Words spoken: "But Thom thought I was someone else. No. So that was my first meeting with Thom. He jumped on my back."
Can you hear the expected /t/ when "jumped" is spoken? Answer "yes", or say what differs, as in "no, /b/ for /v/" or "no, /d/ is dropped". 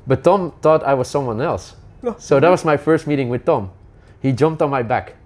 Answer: yes